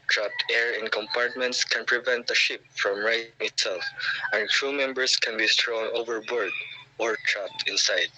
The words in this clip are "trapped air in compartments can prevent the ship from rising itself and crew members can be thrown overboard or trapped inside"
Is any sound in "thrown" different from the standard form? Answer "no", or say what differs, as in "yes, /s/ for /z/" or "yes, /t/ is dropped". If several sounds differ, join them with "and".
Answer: yes, /t/ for /θ/